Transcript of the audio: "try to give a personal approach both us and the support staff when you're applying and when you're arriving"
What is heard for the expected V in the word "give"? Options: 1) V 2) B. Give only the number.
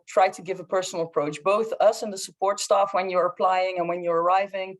1